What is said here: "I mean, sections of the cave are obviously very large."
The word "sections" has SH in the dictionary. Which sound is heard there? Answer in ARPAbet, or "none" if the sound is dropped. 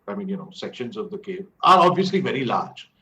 SH